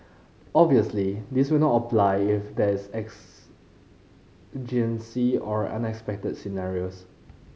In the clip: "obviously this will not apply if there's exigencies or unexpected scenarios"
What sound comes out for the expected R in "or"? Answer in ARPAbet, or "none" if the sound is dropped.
R